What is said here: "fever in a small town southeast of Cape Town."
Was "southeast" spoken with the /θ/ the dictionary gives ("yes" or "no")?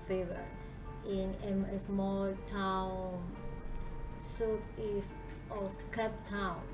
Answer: no